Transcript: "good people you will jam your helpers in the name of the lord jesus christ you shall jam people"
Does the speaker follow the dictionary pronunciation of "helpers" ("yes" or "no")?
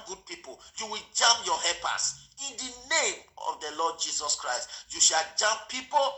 no